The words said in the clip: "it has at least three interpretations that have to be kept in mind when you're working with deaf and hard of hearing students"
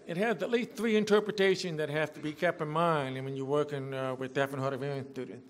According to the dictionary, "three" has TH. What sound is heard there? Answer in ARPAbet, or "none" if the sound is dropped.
TH